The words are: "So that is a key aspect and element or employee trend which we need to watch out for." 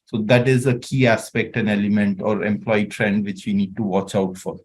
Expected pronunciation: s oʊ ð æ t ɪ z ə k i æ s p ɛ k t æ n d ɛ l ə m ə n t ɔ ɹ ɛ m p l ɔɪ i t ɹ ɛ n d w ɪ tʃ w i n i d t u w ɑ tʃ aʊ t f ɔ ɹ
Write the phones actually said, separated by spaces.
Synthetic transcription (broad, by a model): s oʊ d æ t ɪ z ə k i æ s p ɛ k t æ n ɛ l ə m ə n t ɔ ɹ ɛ m p l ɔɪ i t ɹ ɛ n d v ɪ tʃ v i n i d t u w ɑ tʃ aʊ t f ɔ ɹ